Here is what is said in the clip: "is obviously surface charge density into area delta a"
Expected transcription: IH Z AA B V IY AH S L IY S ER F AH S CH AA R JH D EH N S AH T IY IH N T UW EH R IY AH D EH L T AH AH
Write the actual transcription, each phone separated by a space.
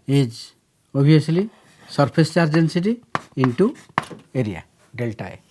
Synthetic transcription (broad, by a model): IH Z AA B IY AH S L IY S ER P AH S CH AA R JH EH N S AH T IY IH N T UW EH R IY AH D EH L T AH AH